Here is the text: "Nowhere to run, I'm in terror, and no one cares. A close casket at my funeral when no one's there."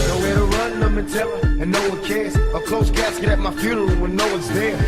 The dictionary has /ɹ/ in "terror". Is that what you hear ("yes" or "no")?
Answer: no